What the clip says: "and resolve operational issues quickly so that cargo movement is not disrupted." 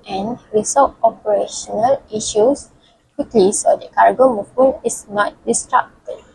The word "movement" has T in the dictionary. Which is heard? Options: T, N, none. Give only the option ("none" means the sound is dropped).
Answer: none